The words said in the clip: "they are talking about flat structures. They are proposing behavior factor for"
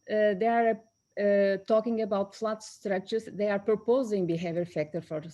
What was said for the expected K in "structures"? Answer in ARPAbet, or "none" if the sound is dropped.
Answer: none